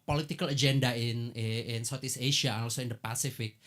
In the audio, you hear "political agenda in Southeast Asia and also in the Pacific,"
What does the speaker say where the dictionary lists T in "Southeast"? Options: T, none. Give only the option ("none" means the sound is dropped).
none